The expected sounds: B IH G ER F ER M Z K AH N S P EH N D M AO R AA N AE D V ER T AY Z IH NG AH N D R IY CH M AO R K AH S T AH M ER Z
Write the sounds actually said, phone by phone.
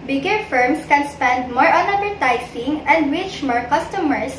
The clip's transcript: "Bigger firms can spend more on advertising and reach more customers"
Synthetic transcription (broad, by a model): B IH G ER F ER M S K AH N S P EH N D M AO R AA N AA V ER T AY S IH NG AH N D W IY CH M AO R K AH S T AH M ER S